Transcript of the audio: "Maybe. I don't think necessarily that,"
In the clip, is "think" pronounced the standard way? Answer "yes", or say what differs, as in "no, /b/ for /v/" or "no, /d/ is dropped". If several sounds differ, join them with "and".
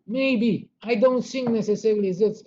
no, /s/ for /θ/